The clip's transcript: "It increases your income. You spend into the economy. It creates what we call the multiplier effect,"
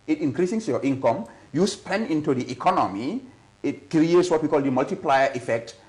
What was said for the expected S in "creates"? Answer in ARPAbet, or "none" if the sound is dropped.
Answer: S